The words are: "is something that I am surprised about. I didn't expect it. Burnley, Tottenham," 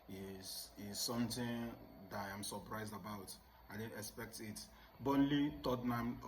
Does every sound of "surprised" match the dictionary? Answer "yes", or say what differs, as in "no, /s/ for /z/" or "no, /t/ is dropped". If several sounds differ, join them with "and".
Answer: yes